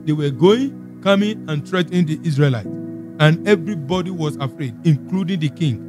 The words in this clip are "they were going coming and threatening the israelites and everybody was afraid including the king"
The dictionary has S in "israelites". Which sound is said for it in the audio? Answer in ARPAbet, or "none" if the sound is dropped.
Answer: none